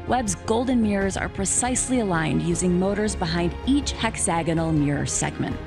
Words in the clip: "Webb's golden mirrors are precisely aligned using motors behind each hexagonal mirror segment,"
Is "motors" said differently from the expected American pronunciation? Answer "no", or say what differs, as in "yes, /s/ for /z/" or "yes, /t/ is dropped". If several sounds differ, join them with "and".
no